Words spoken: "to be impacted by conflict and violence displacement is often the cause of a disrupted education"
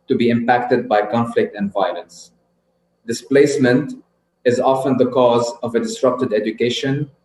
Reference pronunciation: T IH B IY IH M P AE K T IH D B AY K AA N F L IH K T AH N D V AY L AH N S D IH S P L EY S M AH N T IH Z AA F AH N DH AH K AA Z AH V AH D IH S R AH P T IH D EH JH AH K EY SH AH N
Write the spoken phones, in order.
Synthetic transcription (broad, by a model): T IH B IY IH M P AE K T IH D B AY K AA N F L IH K T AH N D V AY L AH N S D IH S P L EY S M AH N T IH Z AA F AH N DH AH K AA Z AH V AH D IH S R AH P T IH D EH JH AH K EY SH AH N